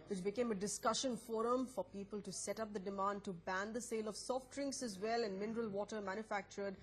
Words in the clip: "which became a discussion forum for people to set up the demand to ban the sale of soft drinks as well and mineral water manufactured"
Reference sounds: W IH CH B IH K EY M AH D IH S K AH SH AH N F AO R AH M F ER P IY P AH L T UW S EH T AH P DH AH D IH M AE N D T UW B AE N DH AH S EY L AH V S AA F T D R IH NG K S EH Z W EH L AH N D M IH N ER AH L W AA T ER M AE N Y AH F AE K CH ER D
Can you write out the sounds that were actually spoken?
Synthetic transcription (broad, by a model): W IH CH B IH K EY M AH D IH S K AH SH AH N F AO R AH M F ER P IY P AH L T UW S EH T AH P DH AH D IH M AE N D T UW B AE N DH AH S EY L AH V S AA F T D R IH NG K S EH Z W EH L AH N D M IH N ER AH L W AA T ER M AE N Y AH F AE K CH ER D